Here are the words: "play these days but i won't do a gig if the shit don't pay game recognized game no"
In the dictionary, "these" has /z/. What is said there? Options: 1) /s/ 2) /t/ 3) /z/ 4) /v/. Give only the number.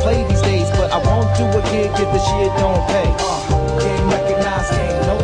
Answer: 3